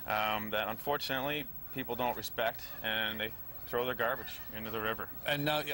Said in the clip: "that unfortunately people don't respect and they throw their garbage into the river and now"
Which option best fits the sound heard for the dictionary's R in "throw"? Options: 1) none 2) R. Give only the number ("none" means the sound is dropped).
2